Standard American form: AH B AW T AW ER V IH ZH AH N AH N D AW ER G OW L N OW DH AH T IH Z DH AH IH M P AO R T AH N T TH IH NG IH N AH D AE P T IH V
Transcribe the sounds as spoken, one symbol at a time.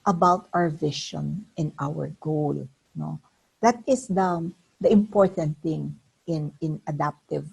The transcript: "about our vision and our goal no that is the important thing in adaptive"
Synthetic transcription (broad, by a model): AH B AW T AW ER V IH SH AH N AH N AW ER G OW L N OW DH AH T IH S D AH IH M P AO R T AH N T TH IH NG IH N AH D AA P T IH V